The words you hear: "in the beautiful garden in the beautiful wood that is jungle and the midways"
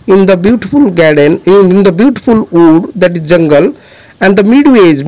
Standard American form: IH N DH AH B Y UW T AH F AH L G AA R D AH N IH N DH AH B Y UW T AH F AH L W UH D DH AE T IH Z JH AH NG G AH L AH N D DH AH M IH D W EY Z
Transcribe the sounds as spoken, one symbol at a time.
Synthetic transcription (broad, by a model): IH N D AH B Y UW T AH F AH L G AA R D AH N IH N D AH B Y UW T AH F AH L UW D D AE T IH Z JH AH NG G AH L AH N D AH M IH D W EY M